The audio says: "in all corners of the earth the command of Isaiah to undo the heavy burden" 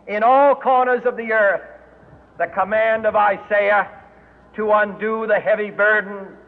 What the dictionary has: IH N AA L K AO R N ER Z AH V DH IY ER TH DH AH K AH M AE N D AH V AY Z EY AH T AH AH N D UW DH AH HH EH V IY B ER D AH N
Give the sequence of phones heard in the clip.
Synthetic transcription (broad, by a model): IH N AA L K AO R N ER Z AH V DH IY ER TH DH AH K AH M AE N D AH V AY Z EY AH T AH AH N D UW DH AH HH EH V IY B ER D N